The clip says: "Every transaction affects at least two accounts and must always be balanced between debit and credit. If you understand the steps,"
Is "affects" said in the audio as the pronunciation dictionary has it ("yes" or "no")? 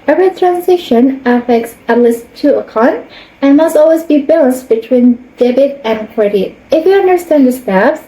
yes